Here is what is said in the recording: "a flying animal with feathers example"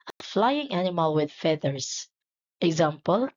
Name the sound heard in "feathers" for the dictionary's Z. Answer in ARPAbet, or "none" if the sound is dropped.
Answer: S